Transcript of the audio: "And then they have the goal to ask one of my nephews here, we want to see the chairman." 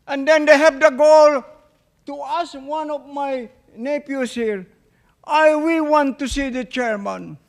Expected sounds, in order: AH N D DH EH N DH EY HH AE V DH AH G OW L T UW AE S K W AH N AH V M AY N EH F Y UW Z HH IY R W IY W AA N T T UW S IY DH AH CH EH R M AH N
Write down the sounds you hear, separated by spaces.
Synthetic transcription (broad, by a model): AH N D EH N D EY HH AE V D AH G OW L T UW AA S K W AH N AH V M AY N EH P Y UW S HH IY R W IY W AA N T T UW S IY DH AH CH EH R M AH N